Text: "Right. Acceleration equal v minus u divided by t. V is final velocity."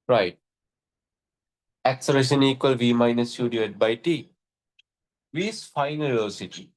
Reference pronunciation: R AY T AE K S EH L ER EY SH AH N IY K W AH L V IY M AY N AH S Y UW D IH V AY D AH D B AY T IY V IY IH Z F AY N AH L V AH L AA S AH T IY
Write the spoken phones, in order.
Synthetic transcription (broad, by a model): R AY T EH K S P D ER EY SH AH N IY K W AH L V IY M AY N AH S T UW D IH AO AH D B AY T IY V IY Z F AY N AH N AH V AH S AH T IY